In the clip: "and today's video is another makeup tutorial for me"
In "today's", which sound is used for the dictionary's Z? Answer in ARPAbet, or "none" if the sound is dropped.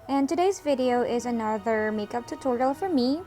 Z